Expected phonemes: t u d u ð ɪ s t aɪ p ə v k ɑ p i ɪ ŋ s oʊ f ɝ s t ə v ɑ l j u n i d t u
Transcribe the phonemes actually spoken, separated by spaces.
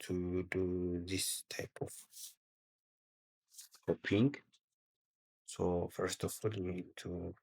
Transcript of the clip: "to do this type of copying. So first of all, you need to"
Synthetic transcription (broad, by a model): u d u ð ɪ s t aɪ p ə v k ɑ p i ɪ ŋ s oʊ f ɝ s t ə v ɑ l j u n i d t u